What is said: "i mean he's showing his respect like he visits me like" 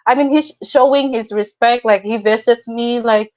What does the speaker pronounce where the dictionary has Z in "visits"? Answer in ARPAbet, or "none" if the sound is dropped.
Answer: S